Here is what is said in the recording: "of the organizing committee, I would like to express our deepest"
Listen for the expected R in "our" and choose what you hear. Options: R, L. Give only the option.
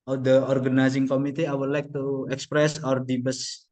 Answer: R